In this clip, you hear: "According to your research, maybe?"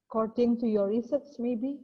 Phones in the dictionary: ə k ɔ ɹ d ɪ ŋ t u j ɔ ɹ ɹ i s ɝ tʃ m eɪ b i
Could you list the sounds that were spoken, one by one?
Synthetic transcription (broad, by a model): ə k ɔ ɹ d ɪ ŋ t u j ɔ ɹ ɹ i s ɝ s m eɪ b i